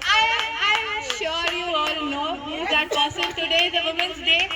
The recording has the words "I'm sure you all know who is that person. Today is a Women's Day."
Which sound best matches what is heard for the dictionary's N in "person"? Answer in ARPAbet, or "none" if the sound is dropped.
L